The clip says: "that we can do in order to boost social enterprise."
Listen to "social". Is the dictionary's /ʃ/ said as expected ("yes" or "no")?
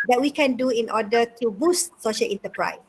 yes